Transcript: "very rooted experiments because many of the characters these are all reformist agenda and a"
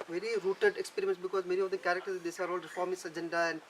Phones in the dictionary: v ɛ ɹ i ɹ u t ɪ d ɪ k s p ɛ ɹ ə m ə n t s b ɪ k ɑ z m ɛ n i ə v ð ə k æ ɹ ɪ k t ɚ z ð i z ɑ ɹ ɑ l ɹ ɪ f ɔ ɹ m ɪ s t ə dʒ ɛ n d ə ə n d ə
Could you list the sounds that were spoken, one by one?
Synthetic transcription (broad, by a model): v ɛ ɹ i ɹ u t ɪ d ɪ k s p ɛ ɹ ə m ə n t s b ɪ k ɑ z m ɛ n i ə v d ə k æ ɹ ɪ k t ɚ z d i s ɑ ɹ ɑ l ɹ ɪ f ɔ ɹ m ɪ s ə dʒ ɛ n d ə ə n d